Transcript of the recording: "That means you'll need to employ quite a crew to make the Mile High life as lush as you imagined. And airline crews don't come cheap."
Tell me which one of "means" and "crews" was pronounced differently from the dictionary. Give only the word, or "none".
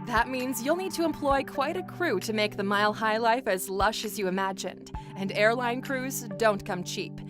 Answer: none